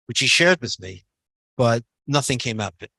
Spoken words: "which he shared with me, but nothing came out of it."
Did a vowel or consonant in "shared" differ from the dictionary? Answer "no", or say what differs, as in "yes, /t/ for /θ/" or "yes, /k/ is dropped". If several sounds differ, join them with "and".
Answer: no